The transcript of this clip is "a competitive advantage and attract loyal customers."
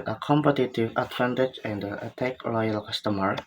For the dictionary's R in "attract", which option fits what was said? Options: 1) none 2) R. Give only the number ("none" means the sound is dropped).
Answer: 1